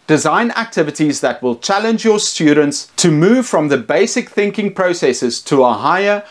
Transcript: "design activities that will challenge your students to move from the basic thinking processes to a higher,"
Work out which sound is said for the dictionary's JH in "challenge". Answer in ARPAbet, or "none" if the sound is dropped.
JH